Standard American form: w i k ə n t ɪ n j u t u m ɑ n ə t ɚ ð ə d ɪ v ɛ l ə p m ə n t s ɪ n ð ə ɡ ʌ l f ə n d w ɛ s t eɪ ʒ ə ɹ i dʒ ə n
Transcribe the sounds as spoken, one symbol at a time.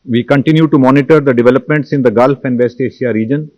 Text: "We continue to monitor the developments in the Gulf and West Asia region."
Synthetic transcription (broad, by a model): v i k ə n t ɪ n j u t u m ɑ n ə t ɚ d ə d ɪ v ɛ l ə p m ə n t s ɪ n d ə ɡ ʌ l f ə n d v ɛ s t eɪ ʃ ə ɹ i dʒ ə n